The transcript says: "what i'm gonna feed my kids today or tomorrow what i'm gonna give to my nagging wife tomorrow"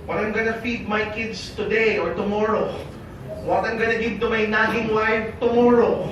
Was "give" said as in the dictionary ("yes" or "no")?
no